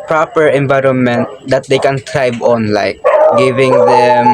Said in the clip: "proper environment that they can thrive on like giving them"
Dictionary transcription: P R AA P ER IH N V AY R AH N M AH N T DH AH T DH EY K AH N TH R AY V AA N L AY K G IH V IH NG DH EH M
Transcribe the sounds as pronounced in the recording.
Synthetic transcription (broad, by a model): P R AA P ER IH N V AY R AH N M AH N T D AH T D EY K AH N T R AY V AA N L AY K G IH V IH NG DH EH M